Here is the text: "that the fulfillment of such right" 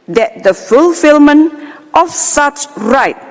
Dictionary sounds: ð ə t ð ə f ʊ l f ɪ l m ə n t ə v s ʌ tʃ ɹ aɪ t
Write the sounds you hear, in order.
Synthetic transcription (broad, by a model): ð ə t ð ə f ʊ l f ɪ l m ə n t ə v s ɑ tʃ ɹ aɪ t